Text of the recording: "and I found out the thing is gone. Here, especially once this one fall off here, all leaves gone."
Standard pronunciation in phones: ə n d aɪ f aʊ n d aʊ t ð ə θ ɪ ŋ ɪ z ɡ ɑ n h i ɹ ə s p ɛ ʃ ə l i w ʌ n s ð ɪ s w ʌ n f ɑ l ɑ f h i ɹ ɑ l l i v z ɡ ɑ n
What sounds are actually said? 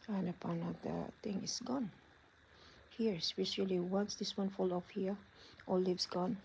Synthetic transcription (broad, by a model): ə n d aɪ p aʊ n aʊ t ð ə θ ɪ ŋ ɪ s ɡ ɑ n h i ɹ s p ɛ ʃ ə l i w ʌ n s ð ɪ s w ʌ n f ɑ l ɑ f h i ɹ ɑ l l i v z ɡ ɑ n